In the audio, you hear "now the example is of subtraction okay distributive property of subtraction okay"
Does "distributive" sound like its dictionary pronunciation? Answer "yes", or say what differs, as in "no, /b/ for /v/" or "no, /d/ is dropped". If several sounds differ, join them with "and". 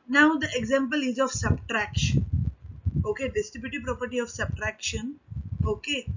no, /ɹ/ is dropped